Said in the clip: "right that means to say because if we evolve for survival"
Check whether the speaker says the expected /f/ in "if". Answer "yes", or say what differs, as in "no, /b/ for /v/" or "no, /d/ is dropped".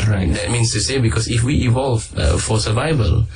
yes